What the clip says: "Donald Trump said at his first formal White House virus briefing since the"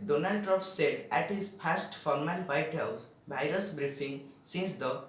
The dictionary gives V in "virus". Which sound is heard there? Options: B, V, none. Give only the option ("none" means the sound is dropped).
B